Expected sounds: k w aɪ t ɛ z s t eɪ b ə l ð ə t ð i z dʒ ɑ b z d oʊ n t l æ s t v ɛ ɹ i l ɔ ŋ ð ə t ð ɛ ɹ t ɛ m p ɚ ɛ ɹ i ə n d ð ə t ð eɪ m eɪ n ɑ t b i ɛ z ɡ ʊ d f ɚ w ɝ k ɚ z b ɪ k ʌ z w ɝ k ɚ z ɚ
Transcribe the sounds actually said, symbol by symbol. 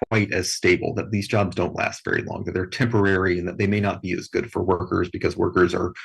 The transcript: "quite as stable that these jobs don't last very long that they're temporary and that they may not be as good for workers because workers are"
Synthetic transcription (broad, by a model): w aɪ t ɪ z s t eɪ b l ð ə t ð i z dʒ ɑ b z d oʊ n t l æ s t v ɛ ɹ i l ɔ ŋ ð ə t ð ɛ ɹ t ɛ m p ɚ ɛ ɹ i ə n ð ə t ð eɪ m eɪ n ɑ t b i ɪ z ɡ ʊ d f ɚ w ɝ k ɚ z b ɪ k ʌ z w ɝ k ɚ z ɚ